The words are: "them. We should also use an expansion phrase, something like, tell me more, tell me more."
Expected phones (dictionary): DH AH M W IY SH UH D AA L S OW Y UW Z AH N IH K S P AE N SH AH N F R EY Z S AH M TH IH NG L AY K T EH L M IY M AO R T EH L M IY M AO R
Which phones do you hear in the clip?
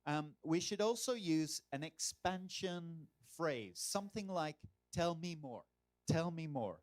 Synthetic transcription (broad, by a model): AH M W IY SH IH D AA L S OW Y UW Z AH N IH K S P AE N SH AH N F R EY Z S AH M TH IH NG L AY K T EH L M IY M AO R T EH L M IY M AO R